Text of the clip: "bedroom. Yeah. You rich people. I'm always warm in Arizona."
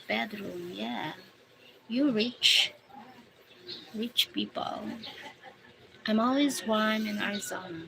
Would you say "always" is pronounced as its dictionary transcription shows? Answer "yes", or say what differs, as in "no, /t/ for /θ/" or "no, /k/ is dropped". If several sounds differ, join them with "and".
yes